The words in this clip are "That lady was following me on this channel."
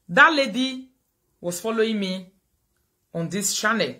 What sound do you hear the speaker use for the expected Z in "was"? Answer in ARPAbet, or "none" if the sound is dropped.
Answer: S